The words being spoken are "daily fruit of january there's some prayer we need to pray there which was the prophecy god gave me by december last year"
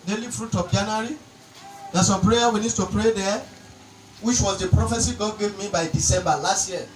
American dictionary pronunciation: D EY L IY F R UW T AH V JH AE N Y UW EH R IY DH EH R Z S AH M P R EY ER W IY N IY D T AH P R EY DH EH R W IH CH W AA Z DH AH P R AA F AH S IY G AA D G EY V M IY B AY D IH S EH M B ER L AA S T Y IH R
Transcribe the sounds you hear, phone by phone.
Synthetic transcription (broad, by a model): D EY L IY F R UW T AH P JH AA N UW R IY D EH S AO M P R EY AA W IY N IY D T AH P R EY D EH W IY CH W AA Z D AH P R AA F AH S IY G AA D G EY V M IY B AY D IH S EH M B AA L AA S T Y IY